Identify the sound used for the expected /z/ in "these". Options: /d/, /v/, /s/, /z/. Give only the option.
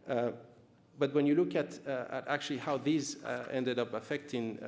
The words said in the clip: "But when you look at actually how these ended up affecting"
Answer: /z/